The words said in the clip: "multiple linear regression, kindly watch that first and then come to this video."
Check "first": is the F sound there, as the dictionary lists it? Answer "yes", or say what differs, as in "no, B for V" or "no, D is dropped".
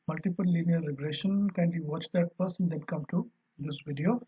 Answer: no, P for F